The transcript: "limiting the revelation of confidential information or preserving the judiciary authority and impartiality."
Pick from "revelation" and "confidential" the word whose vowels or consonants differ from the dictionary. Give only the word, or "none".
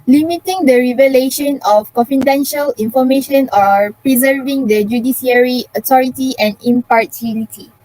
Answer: none